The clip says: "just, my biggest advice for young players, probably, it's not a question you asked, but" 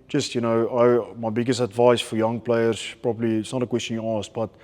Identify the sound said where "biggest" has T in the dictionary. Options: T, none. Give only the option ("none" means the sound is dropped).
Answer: T